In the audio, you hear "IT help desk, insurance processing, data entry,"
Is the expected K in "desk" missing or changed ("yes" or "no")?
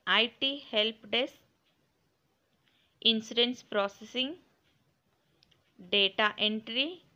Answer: yes